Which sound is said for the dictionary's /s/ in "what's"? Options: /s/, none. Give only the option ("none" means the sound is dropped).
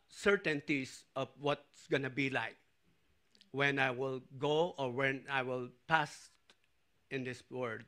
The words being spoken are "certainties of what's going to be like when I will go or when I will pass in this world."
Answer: /s/